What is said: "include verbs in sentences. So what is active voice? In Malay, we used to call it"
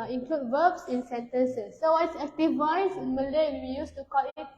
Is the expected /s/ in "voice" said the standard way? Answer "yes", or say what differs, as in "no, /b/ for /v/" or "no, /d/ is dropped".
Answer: no, /s/ is dropped